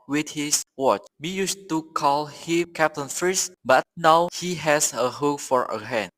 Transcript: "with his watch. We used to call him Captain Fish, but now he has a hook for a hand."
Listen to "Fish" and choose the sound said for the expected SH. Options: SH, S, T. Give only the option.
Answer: S